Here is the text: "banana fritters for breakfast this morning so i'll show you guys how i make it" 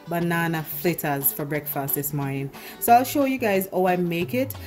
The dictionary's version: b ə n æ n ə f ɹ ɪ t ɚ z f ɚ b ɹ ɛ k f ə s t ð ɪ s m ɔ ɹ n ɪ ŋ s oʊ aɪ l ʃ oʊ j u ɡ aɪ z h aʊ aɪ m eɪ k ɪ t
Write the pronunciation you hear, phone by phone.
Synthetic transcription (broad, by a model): b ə n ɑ n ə f l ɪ t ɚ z f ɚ b ɹ ɛ k f ə s t ð ɪ s m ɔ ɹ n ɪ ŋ s oʊ aɪ l ʃ oʊ j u ɡ aɪ z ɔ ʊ aɪ m eɪ k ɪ t